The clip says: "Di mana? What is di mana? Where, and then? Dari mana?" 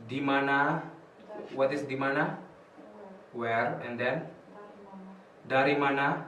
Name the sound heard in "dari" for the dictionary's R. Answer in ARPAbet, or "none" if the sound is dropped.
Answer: R